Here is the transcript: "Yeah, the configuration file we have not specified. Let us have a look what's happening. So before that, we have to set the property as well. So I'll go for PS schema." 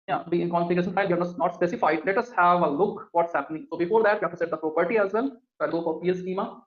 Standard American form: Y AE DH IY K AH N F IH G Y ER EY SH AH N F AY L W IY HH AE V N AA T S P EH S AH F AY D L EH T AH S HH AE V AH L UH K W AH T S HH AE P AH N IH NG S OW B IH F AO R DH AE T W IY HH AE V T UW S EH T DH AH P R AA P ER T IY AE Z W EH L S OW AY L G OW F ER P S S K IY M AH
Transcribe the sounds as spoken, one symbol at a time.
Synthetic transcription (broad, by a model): Y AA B IY K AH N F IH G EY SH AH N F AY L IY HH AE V N AA T S P EH S AH F AY D L EH T AH S HH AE V AH L UH K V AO T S HH AE P AH N IH NG S OW B IH F AO R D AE T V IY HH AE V T UW S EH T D AH P R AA P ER T IY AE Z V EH L S OW AY L G OW P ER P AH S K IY M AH